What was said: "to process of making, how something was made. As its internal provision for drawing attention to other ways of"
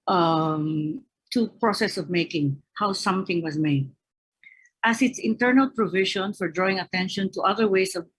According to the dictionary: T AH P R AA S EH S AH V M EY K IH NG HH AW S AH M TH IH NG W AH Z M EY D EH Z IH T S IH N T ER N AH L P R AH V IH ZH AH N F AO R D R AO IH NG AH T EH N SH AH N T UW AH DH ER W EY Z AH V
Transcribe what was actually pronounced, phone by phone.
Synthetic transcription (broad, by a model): T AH P R AA S EH S AH V M EY K IH NG HH AW S AH M TH IH NG W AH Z M EY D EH S IH T S IH N T ER N AH L P R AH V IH SH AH N F AO R D R AO IH NG AH T EH N SH AH N T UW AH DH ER W EY S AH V